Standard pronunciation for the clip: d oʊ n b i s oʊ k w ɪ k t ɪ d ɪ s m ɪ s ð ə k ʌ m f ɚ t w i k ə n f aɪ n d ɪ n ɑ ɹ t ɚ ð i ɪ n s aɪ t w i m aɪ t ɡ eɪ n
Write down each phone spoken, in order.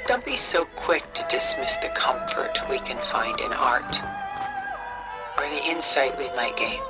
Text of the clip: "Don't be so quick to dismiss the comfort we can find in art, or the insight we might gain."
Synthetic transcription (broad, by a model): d oʊ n b i s oʊ k w ɪ k t ɪ d ɪ s m ɪ s ð ə k ʌ m f ɚ t w i k ə n f aɪ n d ɪ n ɑ ɹ t ɚ ð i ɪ n s aɪ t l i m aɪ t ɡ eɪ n